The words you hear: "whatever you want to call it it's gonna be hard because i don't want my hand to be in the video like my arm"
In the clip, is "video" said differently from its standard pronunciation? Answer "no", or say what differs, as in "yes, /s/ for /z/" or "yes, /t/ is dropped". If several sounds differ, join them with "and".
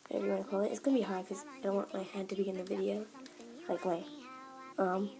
no